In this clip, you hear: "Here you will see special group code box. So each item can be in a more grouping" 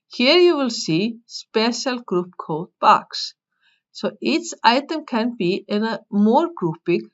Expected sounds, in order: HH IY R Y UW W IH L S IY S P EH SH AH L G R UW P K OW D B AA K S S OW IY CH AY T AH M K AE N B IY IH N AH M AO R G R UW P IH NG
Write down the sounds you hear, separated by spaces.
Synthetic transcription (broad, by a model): HH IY R Y UW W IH L S IY S P EH SH AH L G R UW P K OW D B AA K S S OW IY S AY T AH M K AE N B IY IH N AH M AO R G R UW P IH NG